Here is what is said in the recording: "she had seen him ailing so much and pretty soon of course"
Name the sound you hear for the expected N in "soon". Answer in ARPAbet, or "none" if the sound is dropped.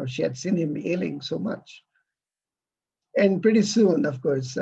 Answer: N